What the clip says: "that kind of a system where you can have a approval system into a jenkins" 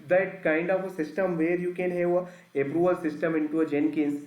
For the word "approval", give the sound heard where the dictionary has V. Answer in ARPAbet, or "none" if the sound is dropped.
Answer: none